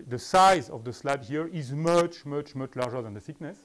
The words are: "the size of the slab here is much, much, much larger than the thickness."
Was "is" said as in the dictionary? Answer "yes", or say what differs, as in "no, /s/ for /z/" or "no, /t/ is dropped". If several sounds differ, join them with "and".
yes